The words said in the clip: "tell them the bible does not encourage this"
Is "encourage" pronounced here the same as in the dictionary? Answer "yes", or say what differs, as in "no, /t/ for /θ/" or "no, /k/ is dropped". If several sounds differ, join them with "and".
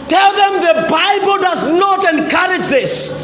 yes